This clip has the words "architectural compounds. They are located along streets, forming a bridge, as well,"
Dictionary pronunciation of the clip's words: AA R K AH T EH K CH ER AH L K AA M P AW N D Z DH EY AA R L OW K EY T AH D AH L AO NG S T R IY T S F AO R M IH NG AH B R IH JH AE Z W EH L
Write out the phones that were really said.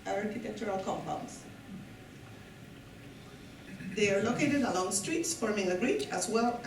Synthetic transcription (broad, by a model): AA R K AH T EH K CH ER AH L K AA M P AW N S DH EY AA R L OW K EY T AH D AH L AO NG S T R IY T S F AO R M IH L AH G R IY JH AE S W EH L